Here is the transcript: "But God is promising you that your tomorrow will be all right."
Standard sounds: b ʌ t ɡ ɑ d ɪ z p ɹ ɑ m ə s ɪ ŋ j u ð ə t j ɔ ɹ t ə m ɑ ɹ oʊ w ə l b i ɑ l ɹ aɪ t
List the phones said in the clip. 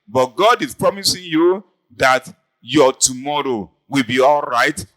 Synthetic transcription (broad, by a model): b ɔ t ɡ ɑ d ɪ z p ɹ ɑ m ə s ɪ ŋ j u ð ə t j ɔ t ə m ɑ ɹ oʊ w ə l b i ɑ l ɹ aɪ t